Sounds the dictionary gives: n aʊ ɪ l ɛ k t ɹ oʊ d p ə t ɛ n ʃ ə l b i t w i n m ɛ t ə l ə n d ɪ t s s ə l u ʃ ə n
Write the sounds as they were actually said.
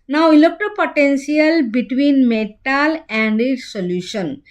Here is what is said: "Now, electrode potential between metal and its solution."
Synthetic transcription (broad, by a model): n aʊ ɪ l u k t oʊ p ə t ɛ n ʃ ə l b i t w i n m ɛ t ə l ə n d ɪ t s s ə l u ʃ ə n